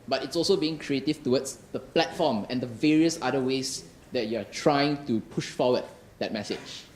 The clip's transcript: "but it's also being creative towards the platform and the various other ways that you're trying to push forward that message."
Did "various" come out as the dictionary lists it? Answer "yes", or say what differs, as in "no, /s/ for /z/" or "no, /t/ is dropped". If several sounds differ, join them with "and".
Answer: yes